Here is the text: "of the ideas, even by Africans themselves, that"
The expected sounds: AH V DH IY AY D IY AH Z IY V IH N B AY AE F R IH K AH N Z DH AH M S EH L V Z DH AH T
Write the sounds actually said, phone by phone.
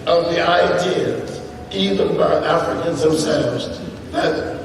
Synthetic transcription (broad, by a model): AH V DH IY AY D IY AH Z IY V IH N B AY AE F R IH K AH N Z DH AH M S EH L V Z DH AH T